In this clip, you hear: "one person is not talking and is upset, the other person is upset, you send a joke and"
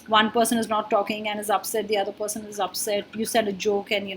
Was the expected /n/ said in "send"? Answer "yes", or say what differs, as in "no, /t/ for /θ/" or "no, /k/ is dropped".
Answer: no, /n/ is dropped